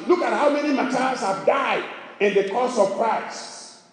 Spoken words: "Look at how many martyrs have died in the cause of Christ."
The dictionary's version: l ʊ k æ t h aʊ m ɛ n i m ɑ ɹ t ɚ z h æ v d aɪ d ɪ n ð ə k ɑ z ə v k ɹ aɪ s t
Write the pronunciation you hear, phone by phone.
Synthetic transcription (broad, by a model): l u k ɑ t h aʊ m ɛ n i m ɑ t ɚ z h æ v d aɪ d ɪ n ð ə k ɑ s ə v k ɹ aɪ s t